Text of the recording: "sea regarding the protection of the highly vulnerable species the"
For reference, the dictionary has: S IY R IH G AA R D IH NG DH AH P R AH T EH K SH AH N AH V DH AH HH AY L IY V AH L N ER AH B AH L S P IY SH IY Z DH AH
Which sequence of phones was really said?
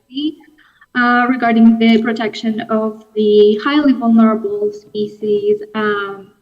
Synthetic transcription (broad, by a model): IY R IH G AA R D IH NG DH AH P R AH T EH K SH AH N AH V DH AH HH AY L IY V AH L N ER AH B AH L S P IY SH IY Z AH